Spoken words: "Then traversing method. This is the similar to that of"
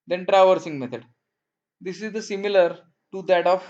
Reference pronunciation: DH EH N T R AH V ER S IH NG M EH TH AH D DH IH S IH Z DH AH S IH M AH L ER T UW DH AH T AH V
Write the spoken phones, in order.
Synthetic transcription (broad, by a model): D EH N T R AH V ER S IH NG M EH T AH D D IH S IH Z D AH S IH M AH L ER T UW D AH T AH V